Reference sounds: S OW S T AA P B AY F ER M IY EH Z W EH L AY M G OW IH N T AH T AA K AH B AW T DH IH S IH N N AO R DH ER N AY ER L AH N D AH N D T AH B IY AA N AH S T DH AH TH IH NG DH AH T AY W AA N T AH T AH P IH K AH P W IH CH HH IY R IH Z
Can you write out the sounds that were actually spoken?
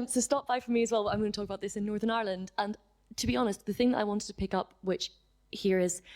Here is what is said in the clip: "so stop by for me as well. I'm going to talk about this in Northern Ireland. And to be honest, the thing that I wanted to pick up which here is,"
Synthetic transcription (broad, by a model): S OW S T AA P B AY F ER M IY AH Z W EH L AY M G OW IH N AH T AA K AH B AW T DH IH S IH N N AO R DH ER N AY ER L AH N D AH N T AH B IY AA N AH S T DH AH TH IH NG DH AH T AY W AA N T AH T AH P IH K AH P W IH CH HH IY R IH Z